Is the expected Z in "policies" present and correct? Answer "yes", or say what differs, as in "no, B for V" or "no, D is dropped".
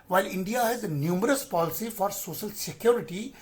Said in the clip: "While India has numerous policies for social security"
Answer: no, Z is dropped